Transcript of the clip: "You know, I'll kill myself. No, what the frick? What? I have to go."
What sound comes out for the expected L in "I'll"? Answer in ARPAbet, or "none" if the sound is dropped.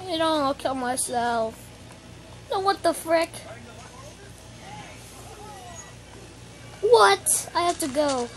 N